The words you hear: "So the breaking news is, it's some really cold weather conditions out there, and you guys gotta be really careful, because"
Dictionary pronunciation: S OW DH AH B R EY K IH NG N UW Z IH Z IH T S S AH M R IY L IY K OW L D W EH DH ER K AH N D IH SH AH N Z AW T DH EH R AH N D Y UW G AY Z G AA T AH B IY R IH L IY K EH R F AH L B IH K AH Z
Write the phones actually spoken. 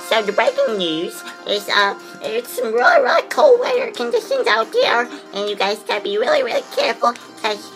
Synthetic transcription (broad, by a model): S OW DH AH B R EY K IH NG N UW Z IH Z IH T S S AH M R IY L IY K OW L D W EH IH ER K AH N D IH SH AH N Z AW T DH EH R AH N Y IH G AY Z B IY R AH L IY R IH L IY K EH R F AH L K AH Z